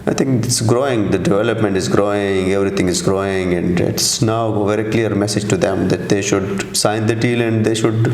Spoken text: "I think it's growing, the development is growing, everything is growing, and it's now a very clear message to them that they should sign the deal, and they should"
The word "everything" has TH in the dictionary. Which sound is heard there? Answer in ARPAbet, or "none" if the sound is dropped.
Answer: T